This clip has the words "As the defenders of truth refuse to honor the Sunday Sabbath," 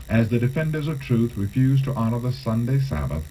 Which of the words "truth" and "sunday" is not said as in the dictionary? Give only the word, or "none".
none